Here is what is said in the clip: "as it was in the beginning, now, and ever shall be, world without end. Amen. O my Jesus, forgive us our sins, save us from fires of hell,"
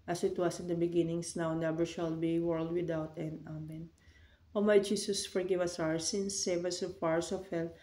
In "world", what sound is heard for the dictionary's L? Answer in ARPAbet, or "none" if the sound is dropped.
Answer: L